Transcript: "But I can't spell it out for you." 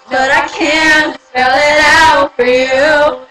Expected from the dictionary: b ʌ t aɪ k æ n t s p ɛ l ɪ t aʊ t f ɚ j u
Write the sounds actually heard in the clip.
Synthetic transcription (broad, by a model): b ʌ t aɪ k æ n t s ɛ l ɪ t aʊ t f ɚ j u